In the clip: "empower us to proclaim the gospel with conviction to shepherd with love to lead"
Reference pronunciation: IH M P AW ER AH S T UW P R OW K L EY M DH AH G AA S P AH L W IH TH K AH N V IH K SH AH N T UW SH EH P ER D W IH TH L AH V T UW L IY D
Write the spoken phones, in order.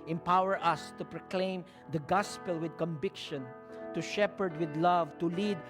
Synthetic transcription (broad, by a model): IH M P AW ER AH S T UW P R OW K L EY M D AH G AA S P AH L W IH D K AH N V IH K SH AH N T UW SH EH P ER D W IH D L AH V T UW L IY D